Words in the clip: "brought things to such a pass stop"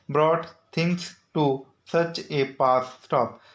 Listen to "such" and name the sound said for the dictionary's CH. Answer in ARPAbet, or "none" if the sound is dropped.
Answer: CH